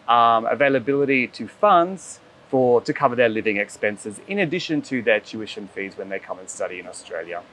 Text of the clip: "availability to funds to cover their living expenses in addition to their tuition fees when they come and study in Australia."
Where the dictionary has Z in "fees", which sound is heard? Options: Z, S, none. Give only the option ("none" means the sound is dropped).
Z